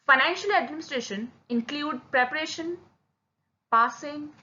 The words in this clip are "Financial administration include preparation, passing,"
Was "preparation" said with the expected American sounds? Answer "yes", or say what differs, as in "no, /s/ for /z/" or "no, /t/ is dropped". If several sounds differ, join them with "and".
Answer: yes